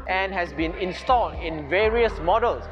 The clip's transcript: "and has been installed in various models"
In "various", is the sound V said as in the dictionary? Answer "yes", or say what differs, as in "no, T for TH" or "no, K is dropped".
yes